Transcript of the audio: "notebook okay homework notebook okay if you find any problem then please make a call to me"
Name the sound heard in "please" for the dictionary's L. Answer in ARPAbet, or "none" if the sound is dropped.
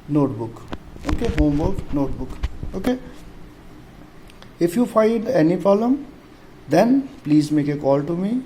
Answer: L